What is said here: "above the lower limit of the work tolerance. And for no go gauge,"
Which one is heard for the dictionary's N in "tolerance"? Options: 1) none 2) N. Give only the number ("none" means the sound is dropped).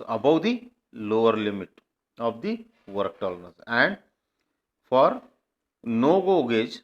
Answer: 1